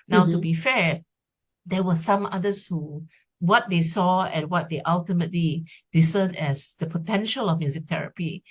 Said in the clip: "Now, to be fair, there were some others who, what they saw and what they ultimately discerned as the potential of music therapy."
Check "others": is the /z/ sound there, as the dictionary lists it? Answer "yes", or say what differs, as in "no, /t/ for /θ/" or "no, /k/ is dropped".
no, /s/ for /z/